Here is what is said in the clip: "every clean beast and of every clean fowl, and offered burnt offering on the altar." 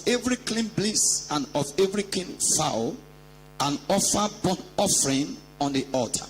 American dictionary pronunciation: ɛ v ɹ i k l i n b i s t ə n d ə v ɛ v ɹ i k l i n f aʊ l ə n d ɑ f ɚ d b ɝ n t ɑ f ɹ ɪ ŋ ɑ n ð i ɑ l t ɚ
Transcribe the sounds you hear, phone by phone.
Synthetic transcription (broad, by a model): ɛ v ɹ i k l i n b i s ə n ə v ɛ v ɹ i k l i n f aʊ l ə n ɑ f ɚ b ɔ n ɑ f ɹ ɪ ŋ ɑ n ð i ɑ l t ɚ